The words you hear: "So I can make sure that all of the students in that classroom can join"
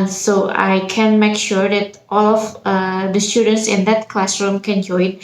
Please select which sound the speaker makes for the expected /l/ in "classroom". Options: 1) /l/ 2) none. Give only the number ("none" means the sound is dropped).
1